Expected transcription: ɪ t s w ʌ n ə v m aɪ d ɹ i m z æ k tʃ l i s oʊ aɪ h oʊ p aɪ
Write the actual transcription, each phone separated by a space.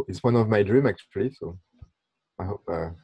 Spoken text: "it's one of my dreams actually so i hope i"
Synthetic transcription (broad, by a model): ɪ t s w ʌ n ə v m aɪ d ɹ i m æ k tʃ l i s oʊ aɪ h oʊ p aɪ